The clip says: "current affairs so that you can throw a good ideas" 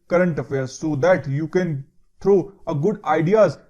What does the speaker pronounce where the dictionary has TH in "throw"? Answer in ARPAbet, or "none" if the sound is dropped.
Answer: T